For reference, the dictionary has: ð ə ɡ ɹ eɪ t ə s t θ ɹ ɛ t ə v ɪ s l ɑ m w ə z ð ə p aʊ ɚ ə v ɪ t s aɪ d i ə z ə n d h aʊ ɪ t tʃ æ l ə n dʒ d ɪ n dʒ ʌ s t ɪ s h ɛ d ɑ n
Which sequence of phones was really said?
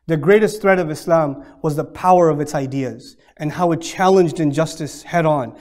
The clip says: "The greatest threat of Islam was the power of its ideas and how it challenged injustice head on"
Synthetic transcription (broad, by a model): ð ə ɡ ɹ eɪ t ə s t θ ɹ ɛ t ə v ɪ s l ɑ m w ə z ð ə p aʊ ɚ ə v ɪ t s aɪ d i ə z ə n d h aʊ ɪ t tʃ æ l ə n dʒ d ɪ n dʒ ʌ s t ɪ s h ɛ d n